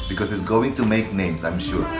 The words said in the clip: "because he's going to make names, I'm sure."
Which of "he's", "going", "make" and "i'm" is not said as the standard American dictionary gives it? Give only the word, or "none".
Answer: he's